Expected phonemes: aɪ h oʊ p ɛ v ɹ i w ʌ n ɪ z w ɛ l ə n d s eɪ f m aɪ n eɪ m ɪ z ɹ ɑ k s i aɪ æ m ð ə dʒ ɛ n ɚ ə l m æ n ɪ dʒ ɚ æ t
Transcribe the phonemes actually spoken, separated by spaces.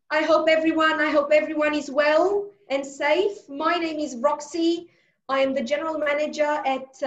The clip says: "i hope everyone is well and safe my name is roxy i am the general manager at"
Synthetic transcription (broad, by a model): aɪ h oʊ p ɛ v ɹ i w ʌ n ɪ z w ɛ l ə n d s eɪ f m aɪ n eɪ m ɪ z ɹ ɑ k s i aɪ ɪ m ð ə dʒ ɛ n ɚ ə l m æ n ɪ dʒ ɚ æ t